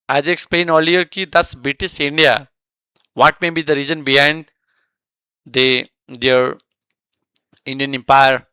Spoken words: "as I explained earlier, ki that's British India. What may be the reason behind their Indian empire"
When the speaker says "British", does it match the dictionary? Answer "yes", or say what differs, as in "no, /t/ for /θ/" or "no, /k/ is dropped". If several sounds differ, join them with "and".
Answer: no, /s/ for /ʃ/